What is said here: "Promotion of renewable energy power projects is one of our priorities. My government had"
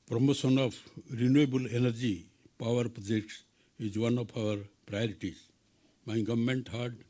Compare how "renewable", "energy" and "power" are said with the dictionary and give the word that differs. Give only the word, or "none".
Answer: none